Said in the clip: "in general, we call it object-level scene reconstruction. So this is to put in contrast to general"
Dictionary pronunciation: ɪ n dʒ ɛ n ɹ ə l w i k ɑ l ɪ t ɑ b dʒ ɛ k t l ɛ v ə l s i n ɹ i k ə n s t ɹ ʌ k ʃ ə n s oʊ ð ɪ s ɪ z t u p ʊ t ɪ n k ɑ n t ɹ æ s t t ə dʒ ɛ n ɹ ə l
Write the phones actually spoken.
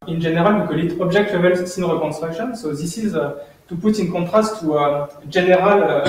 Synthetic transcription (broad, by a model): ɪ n ʒ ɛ n ɹ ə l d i k ɑ l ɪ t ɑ b ʒ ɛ k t w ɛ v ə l s i n ɹ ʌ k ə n s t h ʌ k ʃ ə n s oʊ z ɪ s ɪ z t u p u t ɪ n k ɑ t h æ s t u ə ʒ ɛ n ɹ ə l